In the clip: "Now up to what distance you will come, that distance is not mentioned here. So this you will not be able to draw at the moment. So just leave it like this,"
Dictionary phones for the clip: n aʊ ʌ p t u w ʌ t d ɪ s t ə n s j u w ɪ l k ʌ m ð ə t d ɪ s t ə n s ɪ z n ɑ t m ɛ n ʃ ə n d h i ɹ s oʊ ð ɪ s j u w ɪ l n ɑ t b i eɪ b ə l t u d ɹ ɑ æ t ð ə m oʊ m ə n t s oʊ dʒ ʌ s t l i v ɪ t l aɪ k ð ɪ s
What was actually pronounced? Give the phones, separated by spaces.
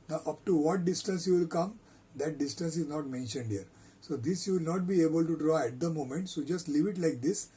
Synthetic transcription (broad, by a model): n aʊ ʌ p t u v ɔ t d ɪ s t ə n s j u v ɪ l k ʌ m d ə t d ɪ s t ə n s ɪ z n ɑ t m ɛ n ʃ ə n d h i ɹ s oʊ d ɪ s j u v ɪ l n ɑ t b i eɪ b ə l t u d ɹ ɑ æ t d ə m oʊ m ə n t s oʊ dʒ ʌ s t l i v ɪ t l aɪ k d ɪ s